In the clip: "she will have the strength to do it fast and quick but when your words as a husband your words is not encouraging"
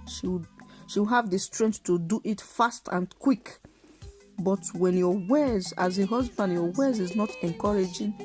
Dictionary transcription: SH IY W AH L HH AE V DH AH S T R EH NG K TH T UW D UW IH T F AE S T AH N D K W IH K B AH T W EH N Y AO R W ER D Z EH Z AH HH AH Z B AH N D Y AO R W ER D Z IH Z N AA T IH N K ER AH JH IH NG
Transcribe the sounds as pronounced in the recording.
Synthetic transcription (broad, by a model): SH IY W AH W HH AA V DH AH S T R EH NG K TH T UW D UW IH T F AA S T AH N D K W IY K B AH T W EH N Y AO W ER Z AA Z AH HH AH Z B AH N D Y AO W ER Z IH Z N AA T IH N K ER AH JH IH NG